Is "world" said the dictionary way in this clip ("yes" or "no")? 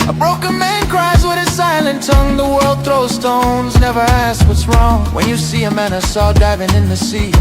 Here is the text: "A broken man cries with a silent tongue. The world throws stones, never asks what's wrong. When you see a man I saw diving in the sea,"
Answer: yes